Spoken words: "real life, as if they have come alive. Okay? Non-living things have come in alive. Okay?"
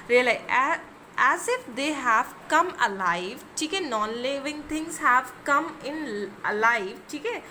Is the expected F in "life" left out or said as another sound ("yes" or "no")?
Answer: yes